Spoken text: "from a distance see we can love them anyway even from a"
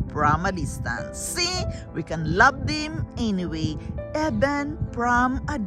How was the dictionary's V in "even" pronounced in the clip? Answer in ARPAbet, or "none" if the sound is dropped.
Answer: B